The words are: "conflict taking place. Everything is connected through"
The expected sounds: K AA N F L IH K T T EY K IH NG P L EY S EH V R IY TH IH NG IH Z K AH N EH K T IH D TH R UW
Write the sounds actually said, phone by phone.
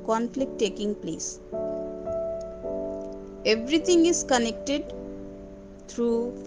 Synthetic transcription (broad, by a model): K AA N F L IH K T T EY K IH NG P L EY S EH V R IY T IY NG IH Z K AH N EH K T IH D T R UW